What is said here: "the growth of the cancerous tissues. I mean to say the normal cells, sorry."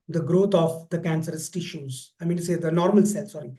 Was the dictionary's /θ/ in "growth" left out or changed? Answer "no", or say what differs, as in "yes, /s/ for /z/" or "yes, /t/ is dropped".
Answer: yes, /t/ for /θ/